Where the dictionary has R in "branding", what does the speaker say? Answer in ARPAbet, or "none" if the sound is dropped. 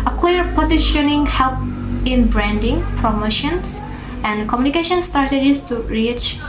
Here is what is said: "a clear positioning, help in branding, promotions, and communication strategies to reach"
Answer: R